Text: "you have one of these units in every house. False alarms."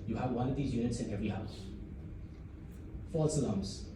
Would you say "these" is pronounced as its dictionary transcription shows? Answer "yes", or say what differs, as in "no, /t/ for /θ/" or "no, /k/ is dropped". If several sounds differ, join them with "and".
yes